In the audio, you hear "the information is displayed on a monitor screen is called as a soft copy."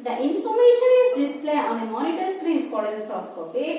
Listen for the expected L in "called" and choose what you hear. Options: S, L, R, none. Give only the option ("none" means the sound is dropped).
none